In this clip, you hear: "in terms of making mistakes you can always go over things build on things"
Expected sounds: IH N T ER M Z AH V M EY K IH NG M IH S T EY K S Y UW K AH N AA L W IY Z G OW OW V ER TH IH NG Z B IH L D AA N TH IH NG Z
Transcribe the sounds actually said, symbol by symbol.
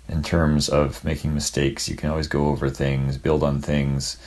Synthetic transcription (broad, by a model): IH N T ER M Z AH V M EY K IH NG M IH S T EY K S Y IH K AH N AA L W IY Z G OW OW V ER TH IH NG Z B IH L D N TH IH NG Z